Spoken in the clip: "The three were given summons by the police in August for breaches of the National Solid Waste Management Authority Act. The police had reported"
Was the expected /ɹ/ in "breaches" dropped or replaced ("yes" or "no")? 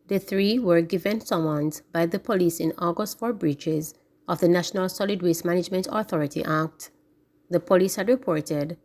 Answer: no